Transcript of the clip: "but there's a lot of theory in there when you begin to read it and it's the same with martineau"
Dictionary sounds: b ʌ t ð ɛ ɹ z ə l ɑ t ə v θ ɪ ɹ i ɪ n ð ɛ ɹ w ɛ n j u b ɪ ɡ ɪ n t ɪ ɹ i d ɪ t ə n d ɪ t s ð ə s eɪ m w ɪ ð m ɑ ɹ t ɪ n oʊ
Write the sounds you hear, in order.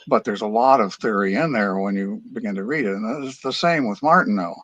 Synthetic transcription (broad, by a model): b ʌ t ð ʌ ɹ z ə l ɑ t ə v θ ɪ ɹ i ɪ n ð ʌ ɹ w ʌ n j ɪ b ɪ ɡ ɪ n t ɪ ɹ i d ɪ t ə n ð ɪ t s ð ə s eɪ m w ɪ ð m ɑ ɹ t n oʊ